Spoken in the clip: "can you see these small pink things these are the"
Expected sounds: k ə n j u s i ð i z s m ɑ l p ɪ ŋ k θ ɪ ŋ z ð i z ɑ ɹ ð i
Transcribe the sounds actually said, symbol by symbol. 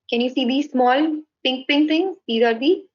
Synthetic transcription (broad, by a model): k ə n j u s i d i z s m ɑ l p ɪ ŋ k t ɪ ŋ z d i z ɑ ɹ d i